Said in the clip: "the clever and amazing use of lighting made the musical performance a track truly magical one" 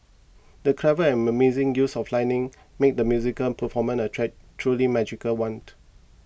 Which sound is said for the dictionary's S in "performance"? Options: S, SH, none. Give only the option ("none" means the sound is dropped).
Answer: none